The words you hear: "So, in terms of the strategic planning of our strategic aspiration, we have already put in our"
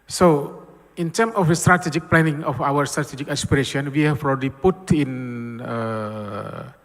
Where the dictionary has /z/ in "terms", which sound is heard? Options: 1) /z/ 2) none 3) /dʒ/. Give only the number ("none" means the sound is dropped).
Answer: 2